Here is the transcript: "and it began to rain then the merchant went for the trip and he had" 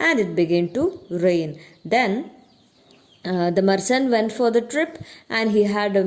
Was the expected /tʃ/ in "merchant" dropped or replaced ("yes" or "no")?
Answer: yes